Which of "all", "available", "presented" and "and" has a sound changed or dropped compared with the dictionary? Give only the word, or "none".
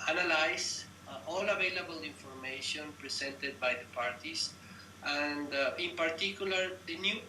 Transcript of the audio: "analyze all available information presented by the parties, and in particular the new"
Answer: presented